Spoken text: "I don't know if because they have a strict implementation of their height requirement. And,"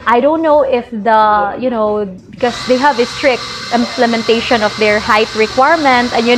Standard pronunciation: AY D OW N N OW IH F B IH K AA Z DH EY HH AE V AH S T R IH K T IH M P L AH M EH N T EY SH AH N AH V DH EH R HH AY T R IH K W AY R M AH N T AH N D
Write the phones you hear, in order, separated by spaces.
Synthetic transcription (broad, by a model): AY D OW N N OW IH F B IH K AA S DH EY HH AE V AH S T R IH K T IH M P L AH M EH N T EY SH AH N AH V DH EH R HH AY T R IH K W AY R M AH N T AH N